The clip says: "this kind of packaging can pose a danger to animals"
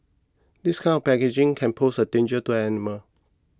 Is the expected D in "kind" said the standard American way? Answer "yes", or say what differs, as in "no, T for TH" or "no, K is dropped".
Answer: no, D is dropped